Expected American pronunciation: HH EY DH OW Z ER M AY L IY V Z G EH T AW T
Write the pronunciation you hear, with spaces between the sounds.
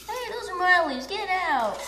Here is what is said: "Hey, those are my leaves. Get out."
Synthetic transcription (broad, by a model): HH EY DH OW Z ER M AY L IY Z G EH T AW T